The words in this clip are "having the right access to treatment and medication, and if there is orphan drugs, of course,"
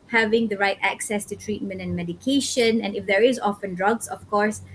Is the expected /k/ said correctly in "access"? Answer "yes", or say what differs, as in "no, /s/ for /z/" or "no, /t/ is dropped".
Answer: yes